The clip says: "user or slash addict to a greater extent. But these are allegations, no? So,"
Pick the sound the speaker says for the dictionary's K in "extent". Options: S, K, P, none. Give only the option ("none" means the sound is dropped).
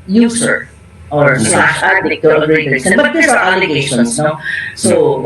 none